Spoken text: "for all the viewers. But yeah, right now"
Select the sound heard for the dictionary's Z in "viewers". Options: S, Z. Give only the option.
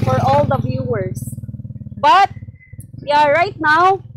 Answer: S